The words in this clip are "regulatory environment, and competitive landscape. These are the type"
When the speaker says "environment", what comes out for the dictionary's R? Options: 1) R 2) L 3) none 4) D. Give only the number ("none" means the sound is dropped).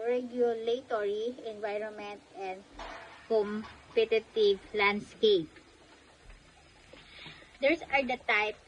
1